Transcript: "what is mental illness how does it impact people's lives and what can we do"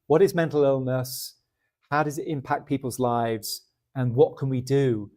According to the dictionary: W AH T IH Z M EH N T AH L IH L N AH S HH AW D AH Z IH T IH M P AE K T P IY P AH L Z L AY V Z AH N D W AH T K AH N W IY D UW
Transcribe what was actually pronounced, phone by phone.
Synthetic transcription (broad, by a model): W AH T IH Z M EH N T L IH L N AH S HH AW D AH Z IH T IH M P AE K P IY P AH L Z L AY V Z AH N W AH T K AH N W IY D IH